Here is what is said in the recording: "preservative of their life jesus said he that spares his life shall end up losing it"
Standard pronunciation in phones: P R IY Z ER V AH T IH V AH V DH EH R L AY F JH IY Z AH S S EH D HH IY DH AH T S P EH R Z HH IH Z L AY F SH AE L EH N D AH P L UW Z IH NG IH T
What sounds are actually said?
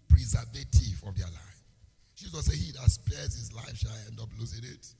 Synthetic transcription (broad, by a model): P R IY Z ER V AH T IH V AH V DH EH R L AY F SH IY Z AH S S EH HH IY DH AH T S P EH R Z HH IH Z L AY F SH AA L EH N D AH P L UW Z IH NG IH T